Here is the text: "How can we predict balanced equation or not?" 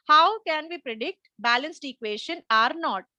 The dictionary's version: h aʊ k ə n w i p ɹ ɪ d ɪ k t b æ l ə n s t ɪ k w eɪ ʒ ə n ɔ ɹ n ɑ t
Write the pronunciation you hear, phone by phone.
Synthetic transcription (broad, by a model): h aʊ k ə n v i p ɹ ɪ d ɪ k t b æ l ə n s t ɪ k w eɪ ʃ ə n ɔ ɹ n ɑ t